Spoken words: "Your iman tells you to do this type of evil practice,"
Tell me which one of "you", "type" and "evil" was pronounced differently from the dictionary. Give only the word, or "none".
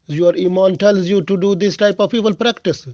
evil